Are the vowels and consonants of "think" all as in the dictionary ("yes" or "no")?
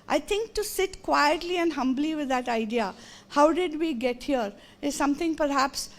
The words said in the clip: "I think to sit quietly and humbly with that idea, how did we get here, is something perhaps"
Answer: no